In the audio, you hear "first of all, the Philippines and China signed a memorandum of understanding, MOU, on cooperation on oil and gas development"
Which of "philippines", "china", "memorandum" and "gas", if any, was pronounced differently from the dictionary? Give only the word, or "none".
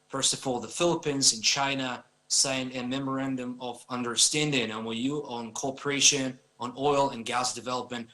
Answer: none